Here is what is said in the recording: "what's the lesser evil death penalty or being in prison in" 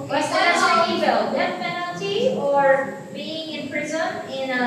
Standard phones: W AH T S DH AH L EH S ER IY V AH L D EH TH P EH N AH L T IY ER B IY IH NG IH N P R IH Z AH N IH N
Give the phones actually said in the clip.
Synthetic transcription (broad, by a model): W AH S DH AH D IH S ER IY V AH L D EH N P EH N L T IY ER B IY IH NG IH N P R IH Z AH N IH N